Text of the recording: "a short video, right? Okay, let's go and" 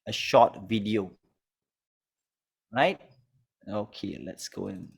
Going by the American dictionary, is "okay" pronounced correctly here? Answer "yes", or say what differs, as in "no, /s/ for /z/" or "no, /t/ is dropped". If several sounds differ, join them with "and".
yes